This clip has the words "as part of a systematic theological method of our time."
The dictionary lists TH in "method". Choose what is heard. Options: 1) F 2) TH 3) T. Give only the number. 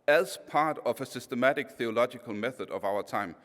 2